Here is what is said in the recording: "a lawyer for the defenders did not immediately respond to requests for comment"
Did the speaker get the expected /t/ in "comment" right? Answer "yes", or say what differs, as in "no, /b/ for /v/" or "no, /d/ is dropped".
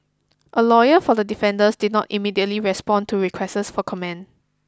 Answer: no, /t/ is dropped